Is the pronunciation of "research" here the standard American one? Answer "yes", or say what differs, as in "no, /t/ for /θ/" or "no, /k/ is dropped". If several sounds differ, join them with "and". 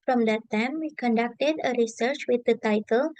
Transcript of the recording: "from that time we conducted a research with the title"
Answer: yes